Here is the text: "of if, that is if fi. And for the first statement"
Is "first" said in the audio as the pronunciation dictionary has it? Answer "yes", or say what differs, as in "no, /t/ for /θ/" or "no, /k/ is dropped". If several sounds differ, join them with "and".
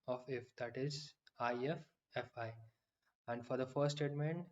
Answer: no, /s/ is dropped